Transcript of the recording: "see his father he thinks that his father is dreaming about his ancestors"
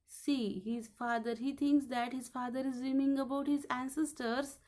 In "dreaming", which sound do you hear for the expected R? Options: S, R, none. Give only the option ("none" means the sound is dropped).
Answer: none